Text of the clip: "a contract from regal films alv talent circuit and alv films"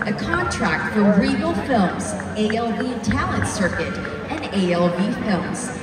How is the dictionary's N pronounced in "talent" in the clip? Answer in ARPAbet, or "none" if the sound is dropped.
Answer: N